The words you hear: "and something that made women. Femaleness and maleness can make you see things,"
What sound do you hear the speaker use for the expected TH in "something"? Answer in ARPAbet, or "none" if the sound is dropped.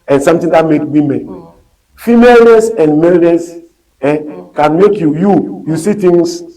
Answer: T